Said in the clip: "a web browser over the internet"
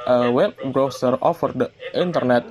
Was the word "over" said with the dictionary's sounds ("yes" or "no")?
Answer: no